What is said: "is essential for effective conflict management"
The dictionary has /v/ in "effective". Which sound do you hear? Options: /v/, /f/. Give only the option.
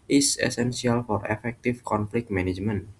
/f/